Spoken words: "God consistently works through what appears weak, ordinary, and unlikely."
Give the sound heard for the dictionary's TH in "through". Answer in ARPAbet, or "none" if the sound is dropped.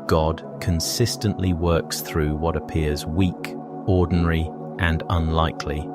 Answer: TH